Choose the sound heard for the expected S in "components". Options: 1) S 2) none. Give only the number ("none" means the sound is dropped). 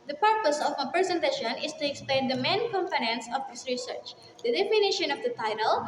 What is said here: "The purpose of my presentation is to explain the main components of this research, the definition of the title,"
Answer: 1